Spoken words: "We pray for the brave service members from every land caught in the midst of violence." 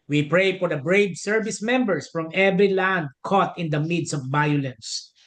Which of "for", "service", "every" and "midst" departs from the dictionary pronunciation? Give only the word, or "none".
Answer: midst